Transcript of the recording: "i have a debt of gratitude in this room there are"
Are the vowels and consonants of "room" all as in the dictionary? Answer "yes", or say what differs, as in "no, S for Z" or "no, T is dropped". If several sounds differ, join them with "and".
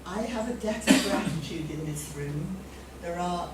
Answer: yes